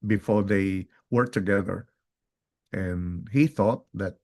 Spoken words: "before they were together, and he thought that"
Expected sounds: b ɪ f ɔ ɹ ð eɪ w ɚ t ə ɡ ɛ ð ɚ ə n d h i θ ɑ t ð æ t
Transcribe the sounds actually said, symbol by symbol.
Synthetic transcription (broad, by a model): b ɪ f ɔ ɹ ð eɪ w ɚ t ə ɡ ɛ ð ɚ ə n h i θ ɑ t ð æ t